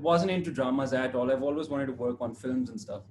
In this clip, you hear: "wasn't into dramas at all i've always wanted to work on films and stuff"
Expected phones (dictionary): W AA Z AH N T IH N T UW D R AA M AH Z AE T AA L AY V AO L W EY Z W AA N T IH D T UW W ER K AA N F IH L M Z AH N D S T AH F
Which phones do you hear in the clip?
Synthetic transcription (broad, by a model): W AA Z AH N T IH N T UW D R AA M AH Z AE T AA L AY V AO L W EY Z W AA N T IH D T UW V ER K AA N F IH L M Z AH N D S T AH F